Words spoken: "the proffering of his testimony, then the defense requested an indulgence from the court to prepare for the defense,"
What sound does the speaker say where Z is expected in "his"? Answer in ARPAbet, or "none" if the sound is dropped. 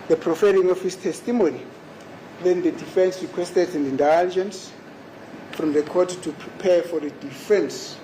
S